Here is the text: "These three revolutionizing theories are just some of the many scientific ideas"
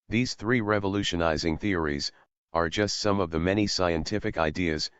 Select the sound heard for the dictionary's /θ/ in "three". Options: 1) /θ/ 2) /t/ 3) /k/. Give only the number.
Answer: 1